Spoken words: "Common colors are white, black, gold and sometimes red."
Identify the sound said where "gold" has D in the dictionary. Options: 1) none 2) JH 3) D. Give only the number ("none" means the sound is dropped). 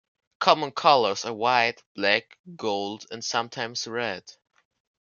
3